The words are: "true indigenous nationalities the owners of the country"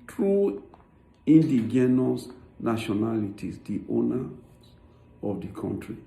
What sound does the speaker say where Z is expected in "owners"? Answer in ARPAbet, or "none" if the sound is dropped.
none